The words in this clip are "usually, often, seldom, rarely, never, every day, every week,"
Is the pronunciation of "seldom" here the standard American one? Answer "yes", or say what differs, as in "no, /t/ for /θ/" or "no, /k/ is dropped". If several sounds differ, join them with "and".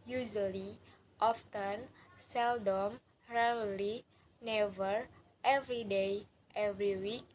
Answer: yes